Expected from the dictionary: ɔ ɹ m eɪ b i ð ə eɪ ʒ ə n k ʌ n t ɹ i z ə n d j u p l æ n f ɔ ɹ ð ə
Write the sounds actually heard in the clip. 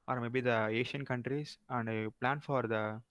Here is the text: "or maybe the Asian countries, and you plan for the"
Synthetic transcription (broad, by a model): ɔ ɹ m eɪ b i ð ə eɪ ʃ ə n k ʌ n t ɹ i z ə n d p l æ n f ɔ ɹ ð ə